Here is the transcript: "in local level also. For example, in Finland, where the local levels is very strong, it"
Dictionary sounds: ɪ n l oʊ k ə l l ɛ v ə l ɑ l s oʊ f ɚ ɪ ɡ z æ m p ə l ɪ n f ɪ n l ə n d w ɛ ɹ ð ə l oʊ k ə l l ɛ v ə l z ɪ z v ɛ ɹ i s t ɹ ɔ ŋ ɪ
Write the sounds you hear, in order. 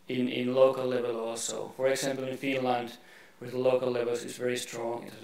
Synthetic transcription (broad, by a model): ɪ n l oʊ k ə l l ɛ v ə l ɑ l s oʊ f ɚ ɪ ɡ z æ m p ə l ɪ n f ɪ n l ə n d w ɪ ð l oʊ k ə l l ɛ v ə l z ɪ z v ɛ ɹ i s t ɹ ɔ ŋ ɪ